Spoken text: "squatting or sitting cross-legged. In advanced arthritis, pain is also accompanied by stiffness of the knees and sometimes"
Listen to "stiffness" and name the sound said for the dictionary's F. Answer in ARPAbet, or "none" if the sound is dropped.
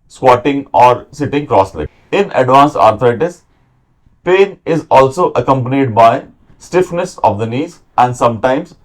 F